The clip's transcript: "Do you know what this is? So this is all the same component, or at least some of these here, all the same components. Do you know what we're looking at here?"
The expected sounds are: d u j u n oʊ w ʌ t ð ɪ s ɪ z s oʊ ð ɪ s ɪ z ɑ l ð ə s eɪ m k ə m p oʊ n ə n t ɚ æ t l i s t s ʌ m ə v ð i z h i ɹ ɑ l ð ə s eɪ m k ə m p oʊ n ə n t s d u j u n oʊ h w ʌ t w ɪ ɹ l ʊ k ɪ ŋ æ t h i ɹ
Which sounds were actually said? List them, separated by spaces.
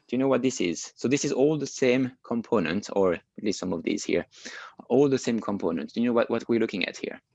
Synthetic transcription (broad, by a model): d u j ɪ n oʊ w ʌ t ð ɪ s ɪ z s oʊ ð ɪ s ɪ z ɑ l ð ə s eɪ m k ə m p oʊ n ə n t ɚ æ t l i s t s ʌ m ə v ð i z h i ɹ ɑ l ð ə s eɪ m k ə m p oʊ n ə n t d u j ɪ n oʊ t w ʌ t w ɪ ɹ l ʊ k ɪ ŋ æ t h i ɹ